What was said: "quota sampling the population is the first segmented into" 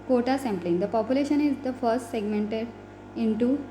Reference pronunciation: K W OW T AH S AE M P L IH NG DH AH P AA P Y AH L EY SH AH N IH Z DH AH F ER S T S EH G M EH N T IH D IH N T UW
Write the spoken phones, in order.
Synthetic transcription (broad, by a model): K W OW T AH S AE M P L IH NG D AH P AA P Y AH L EY SH AH N IH Z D AH F ER S T S EH G M EH N T IH D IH N T UW